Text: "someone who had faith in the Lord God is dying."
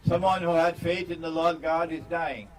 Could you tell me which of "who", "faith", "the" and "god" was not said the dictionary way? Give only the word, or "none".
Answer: none